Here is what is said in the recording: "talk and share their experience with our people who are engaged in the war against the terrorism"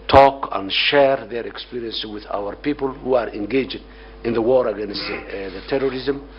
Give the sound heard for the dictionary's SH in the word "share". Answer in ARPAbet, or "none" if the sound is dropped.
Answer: SH